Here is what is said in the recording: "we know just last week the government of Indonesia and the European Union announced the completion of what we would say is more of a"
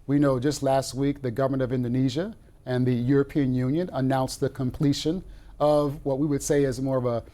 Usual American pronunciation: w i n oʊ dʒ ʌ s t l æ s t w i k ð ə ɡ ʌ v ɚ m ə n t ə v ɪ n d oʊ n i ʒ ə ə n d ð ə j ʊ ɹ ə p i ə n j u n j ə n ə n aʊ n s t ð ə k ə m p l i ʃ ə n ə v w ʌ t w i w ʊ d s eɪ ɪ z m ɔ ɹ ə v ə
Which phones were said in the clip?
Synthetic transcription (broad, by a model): w i n oʊ dʒ ʌ s t l æ s t w i k ð ə ɡ ʌ v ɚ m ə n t ə v ɪ n d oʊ n i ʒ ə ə n ð ə j ʊ ɹ ə p i ə n j u n j ə n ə n aʊ n s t ð ə k ə m p l i ʃ ə n ə v w ʌ t w i w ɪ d s eɪ ɪ z m ɔ ɹ ə v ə